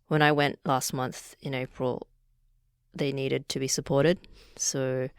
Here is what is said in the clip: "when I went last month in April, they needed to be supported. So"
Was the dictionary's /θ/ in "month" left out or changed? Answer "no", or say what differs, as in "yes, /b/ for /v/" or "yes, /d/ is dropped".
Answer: no